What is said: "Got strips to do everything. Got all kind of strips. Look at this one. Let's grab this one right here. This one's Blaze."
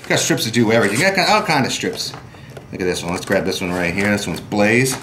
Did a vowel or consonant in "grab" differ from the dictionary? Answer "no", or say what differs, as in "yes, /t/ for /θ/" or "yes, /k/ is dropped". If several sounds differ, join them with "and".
no